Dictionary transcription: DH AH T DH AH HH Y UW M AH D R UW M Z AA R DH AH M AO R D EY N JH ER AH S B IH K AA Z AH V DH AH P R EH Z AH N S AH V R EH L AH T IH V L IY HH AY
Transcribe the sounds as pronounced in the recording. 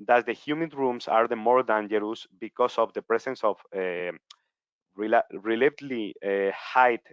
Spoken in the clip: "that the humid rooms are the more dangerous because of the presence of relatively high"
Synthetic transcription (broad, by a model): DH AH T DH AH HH Y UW M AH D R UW M S AA R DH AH M AO R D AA N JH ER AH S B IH K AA S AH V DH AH P R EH S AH N S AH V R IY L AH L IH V L IY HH AY